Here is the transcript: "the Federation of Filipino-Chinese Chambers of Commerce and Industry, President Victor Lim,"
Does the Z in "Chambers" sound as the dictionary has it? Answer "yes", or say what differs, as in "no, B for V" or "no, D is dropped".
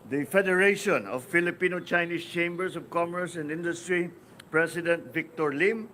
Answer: no, S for Z